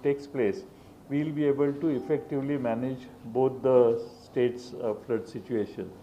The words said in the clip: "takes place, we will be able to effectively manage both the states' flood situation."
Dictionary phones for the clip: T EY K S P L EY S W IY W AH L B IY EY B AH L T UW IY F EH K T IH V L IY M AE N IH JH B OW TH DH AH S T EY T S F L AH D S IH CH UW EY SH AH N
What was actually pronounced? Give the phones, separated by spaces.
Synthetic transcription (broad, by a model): T EY K S P L EY S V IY L B IY EY B AH L T UW IY F EH K T IH V L IY M AE N IH JH B OW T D AH S T EY T S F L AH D S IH CH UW EY SH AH N